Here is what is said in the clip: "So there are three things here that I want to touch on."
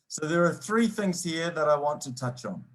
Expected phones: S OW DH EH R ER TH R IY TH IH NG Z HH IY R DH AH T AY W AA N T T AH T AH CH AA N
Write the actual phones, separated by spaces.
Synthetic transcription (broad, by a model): S OW DH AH R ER TH R IY TH IH NG Z HH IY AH DH AH T AY W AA N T T AH T AH CH N